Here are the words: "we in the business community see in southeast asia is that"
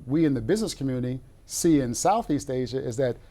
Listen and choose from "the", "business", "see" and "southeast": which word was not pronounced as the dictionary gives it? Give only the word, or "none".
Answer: none